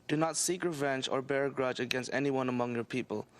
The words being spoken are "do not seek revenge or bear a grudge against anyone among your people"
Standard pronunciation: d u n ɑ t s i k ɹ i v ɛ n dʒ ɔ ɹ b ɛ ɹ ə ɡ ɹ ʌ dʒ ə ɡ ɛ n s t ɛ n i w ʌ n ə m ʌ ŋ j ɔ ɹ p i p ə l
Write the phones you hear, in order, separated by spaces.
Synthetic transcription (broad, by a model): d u n ɑ t s i k ɹ i v ɛ n dʒ ɔ ɹ b ɛ ɹ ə ɡ ɹ ʌ dʒ ə ɡ ɛ n s t ɛ n i w ʌ n ə m ʌ ŋ j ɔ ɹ p i p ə l